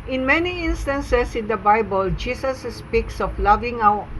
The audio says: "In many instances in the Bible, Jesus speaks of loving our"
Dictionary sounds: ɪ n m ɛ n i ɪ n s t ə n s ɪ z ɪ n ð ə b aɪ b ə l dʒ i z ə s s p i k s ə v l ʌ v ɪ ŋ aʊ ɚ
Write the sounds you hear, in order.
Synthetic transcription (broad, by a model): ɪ n m ɛ n i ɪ n s t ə n s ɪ s ɪ n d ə b aɪ b ə l dʒ i s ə s s p i k s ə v l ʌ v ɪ ŋ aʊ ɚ